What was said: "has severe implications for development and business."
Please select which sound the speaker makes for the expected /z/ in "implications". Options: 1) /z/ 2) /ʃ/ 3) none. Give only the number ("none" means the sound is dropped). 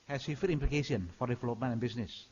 3